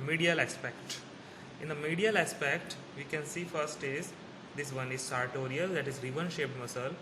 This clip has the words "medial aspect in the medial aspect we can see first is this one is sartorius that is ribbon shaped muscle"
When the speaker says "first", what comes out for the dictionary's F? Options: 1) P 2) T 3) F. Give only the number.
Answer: 3